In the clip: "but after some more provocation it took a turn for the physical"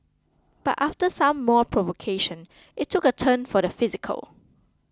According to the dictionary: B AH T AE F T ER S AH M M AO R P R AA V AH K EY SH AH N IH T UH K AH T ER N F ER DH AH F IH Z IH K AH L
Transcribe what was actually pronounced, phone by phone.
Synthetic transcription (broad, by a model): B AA T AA F T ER S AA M M AO P R AA V AH K EY SH AH N IH T UH K AH T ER N F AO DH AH F IH Z IH K AH L